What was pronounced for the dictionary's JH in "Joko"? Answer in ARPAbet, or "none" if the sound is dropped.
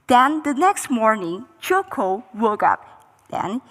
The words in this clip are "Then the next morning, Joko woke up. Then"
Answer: CH